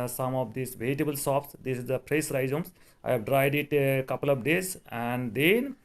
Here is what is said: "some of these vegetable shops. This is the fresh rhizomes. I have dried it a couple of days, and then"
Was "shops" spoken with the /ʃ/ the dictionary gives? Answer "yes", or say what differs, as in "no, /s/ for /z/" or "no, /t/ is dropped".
no, /s/ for /ʃ/